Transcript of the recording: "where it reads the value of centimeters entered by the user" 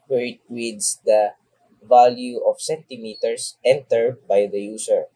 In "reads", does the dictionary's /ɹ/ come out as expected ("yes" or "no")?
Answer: no